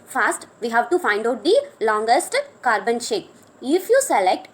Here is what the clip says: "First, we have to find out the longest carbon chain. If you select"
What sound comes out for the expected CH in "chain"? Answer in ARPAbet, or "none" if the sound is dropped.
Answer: SH